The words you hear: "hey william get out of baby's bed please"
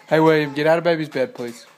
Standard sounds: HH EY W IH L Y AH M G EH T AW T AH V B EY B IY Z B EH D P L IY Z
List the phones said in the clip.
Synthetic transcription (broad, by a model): HH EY W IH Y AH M G EH T AW T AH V B EY B IY Z B EH D P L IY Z